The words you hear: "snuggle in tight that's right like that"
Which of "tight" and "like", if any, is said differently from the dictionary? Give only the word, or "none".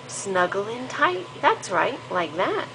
none